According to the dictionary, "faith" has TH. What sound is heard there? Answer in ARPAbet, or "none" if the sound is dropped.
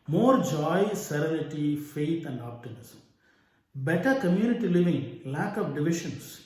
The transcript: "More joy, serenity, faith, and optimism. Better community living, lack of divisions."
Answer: T